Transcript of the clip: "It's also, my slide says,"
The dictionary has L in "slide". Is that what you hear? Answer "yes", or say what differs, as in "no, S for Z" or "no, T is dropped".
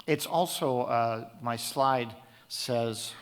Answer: yes